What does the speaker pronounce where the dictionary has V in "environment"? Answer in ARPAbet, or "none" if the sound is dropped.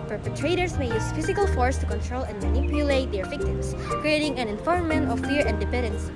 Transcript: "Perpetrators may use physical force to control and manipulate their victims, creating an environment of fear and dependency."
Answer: F